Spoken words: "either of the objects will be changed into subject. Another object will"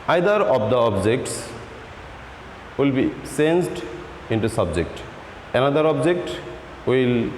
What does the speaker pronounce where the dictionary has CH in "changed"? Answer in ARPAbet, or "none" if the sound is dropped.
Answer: S